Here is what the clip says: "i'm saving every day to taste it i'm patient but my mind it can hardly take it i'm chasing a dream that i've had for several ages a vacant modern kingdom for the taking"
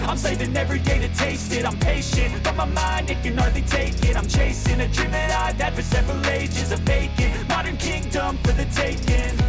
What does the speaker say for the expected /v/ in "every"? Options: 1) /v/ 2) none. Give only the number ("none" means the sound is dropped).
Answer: 1